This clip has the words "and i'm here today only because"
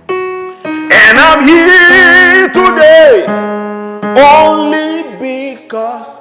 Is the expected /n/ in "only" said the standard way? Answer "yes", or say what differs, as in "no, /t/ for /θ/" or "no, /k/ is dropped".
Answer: yes